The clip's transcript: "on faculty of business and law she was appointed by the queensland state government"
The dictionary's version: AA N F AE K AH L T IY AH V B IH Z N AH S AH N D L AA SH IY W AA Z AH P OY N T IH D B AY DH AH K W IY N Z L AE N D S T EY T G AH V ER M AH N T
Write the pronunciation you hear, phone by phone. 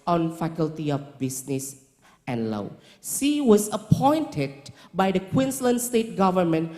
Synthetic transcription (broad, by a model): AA N F AE K AH L T IY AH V B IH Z N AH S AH N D L AA S IY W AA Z AH P OY N T IH D B AY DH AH K W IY N S L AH N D S T EY T G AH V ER M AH N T